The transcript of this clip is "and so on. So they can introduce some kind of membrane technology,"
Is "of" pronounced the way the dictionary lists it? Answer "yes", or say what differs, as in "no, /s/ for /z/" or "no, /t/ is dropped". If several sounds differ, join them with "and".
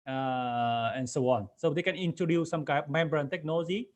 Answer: no, /p/ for /v/